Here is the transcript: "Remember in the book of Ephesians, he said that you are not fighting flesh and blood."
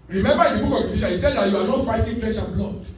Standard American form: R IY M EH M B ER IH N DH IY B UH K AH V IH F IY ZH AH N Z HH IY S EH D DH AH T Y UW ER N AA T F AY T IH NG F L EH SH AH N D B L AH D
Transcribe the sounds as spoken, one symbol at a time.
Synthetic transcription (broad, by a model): R IY M EH M B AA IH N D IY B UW K AH V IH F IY SH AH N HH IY S EH D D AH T Y UW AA N AA T F AY T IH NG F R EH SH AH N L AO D